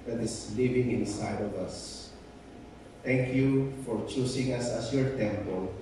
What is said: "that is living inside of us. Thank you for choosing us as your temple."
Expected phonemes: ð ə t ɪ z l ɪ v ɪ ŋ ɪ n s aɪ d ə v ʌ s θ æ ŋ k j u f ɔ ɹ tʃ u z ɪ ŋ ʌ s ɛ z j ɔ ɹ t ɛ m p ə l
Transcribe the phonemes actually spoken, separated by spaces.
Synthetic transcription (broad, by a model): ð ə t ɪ s l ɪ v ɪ ŋ ɪ n s aɪ d ə v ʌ s t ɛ ŋ k j u f ɔ ɹ tʃ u s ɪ ŋ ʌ s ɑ s j ɔ ɹ t ɛ m p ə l